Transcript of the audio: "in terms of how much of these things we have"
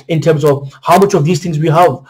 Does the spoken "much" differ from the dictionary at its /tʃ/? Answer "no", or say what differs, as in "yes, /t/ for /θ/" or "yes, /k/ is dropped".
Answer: no